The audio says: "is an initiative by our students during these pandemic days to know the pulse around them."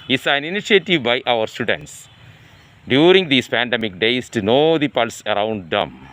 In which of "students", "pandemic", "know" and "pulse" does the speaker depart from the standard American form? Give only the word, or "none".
none